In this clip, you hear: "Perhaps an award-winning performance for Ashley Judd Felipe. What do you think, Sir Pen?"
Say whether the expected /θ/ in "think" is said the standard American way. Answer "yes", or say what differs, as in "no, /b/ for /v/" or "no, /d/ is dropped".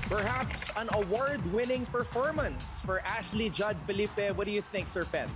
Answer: yes